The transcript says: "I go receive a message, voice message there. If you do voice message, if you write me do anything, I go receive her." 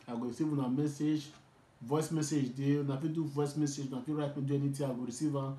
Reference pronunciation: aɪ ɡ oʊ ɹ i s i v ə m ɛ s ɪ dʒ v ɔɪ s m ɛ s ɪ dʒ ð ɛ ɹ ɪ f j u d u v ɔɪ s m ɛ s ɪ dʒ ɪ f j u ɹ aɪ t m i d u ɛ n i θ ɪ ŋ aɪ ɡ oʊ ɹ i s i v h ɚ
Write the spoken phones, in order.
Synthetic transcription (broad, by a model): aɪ ɡ oʊ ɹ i s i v ə m ɛ s ɪ dʒ v ɔɪ s m ɛ s ɪ dʒ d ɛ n ɪ f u d u v ɔɪ s m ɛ s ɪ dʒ ɪ f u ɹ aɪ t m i d u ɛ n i t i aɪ ɡ oʊ ɹ i s i v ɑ